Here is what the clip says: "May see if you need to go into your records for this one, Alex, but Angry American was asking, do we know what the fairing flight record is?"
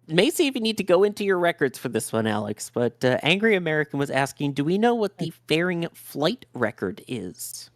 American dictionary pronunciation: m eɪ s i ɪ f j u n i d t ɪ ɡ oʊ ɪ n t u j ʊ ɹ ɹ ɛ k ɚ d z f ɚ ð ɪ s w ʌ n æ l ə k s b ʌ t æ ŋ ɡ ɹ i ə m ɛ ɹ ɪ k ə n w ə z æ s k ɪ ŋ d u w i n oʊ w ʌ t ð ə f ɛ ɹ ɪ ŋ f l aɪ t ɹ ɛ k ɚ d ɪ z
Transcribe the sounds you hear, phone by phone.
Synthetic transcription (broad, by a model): m eɪ s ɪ ɪ f j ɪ n i d t ɪ ɡ oʊ ɪ n t u j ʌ ɹ ɹ ɛ k ɚ d z f ɚ ð ɪ s w ʌ n æ l ə k s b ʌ t æ ŋ ɡ ɹ i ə m ɛ ɹ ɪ k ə n w ə z æ s k ɪ ŋ d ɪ w i n oʊ w ʌ t ð ə f ɛ ɹ ɪ ŋ f l aɪ t ɹ ɛ k ɚ d ɪ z